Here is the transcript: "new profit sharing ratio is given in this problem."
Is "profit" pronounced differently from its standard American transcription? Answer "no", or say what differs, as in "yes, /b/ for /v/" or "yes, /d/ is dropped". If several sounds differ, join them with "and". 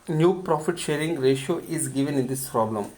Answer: no